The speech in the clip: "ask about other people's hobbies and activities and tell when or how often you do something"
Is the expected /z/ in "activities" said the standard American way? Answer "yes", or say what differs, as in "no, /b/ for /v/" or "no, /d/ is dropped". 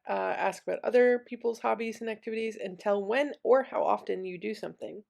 yes